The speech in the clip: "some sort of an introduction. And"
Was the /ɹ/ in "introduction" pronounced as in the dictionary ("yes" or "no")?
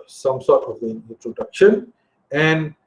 yes